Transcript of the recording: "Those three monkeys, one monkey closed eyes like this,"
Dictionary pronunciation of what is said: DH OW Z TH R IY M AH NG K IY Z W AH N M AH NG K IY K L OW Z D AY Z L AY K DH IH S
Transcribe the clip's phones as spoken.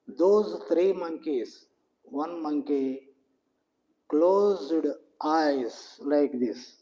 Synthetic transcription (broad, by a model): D OW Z T R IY M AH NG K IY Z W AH N M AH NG K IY K L OW Z D AY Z L AY K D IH S